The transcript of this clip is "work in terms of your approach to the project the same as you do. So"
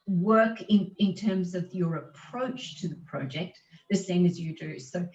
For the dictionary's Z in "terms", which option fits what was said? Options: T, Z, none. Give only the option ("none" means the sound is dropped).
Z